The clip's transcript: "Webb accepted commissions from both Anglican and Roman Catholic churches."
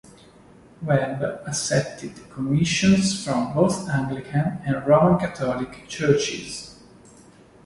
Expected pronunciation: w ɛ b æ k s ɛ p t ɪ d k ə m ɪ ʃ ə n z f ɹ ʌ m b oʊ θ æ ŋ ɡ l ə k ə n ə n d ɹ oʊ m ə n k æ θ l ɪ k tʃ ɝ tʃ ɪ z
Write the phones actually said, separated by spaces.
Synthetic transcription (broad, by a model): w ɛ b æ s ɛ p t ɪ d k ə m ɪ ʃ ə n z f ɹ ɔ m b oʊ θ æ ŋ ɡ l ə k ə n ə n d ɹ oʊ m ə n k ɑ t l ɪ k tʃ ɝ tʃ ɪ z